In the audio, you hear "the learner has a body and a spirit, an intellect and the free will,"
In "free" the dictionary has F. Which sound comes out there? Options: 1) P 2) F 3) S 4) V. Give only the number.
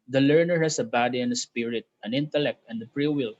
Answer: 1